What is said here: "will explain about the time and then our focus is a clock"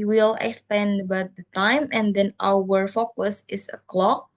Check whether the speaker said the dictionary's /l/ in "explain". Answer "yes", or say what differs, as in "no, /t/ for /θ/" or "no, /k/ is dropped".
no, /l/ is dropped